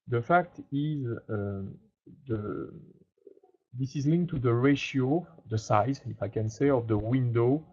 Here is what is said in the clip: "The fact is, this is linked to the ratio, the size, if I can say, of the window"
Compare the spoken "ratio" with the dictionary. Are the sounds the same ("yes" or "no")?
yes